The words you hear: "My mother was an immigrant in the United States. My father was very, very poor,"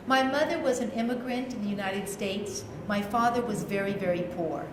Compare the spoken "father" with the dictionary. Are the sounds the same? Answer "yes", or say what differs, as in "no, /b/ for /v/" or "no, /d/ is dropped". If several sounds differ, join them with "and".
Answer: yes